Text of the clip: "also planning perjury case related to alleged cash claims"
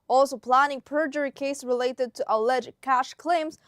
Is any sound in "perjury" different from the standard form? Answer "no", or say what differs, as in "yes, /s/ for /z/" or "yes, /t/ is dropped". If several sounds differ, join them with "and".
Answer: no